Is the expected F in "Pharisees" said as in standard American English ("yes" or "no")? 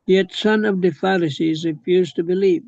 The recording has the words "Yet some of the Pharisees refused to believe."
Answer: yes